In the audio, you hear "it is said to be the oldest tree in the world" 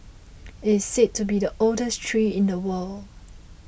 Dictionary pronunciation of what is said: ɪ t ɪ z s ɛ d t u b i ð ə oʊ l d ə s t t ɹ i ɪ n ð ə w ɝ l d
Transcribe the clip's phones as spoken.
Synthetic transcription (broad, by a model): ɪ t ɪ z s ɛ t u b i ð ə oʊ l d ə s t t ɹ i ɪ n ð ə w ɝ l